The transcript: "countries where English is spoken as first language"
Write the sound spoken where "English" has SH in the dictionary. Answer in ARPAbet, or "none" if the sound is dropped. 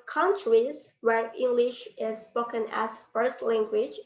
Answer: SH